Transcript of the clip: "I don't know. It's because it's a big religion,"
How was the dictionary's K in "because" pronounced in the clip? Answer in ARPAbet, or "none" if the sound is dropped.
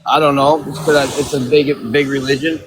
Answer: none